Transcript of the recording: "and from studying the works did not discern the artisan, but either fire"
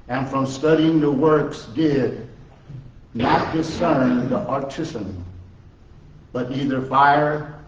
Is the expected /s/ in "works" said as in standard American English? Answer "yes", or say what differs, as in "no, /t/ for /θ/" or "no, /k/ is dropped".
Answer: yes